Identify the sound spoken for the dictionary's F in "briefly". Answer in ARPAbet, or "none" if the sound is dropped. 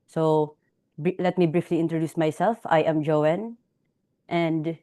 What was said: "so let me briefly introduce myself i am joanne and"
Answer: F